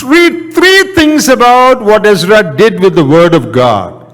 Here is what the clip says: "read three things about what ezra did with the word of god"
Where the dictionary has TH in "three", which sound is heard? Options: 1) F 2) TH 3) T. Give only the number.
3